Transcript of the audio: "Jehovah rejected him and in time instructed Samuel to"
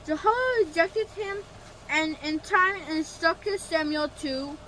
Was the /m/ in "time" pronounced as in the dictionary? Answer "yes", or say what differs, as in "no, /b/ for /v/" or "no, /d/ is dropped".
no, /m/ is dropped